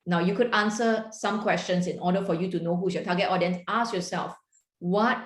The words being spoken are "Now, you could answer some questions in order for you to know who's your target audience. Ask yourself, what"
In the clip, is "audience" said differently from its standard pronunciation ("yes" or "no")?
yes